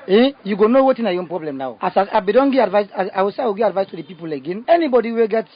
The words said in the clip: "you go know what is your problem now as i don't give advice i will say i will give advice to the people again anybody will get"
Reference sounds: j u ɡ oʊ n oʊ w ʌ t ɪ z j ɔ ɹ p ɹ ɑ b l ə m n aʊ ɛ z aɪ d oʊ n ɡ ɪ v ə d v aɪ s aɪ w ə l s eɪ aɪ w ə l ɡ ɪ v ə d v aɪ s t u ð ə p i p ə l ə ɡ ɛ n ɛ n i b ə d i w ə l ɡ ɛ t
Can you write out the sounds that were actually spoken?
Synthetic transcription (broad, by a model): j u ɡ oʊ n oʊ w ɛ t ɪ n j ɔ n p ɹ ɑ b l ə m n aʊ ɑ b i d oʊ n ɡ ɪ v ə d v aɪ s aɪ w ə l s eɪ aɪ w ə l ɡ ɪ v ə d v aɪ s t u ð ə p i p ə l ə ɡ ɛ n ɛ n i b ə d i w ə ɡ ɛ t